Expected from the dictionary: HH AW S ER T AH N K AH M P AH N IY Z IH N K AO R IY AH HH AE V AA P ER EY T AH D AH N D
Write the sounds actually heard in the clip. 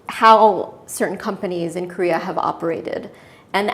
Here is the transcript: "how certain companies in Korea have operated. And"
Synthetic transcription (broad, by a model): HH AW S ER T N K AH M P AH N IY Z IH N K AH R IY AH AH V AA P ER EY T AH D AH N